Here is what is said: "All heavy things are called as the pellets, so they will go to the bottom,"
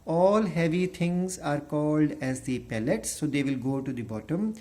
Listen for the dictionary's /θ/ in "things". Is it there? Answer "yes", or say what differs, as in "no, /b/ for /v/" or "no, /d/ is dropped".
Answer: no, /t/ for /θ/